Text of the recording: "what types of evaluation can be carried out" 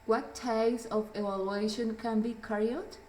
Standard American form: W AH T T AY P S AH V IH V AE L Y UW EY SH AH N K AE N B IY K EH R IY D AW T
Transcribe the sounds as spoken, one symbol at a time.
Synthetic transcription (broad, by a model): W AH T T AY S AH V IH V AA L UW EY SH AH N K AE N B IY K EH R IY AH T